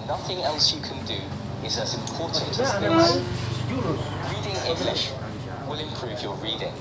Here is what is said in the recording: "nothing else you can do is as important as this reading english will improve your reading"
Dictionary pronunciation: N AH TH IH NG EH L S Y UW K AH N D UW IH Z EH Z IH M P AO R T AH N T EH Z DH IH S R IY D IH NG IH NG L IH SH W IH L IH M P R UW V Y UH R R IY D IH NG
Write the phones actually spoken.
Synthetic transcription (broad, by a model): N AH TH IH NG EH L S Y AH K AH N D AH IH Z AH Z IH M P AO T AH N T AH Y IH R IY D IH NG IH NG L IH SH W IH L IH M P R UW V Y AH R R IY D IH NG